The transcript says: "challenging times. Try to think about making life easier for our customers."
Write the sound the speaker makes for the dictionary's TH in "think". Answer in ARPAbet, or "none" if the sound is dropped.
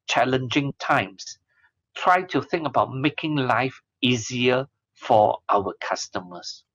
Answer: TH